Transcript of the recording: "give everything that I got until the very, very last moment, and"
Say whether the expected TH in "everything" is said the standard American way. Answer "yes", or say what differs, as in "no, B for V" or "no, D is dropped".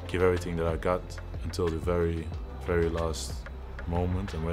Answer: yes